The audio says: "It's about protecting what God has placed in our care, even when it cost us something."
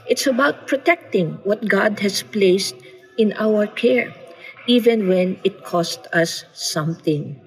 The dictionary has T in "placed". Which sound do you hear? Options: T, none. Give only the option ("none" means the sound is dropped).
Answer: T